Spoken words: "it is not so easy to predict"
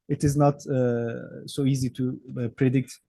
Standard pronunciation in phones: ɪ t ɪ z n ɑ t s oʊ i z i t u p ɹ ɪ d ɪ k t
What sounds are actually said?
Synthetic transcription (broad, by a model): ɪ t ɪ z n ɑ t s oʊ i z i t u p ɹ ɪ d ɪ k t